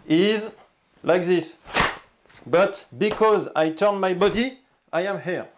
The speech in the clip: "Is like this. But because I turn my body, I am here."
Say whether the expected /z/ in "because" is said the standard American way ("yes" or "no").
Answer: yes